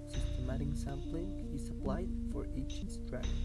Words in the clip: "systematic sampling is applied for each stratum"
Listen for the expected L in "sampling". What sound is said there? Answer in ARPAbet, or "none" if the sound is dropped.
L